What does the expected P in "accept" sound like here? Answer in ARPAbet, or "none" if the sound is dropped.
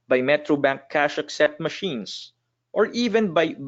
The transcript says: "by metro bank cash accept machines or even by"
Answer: none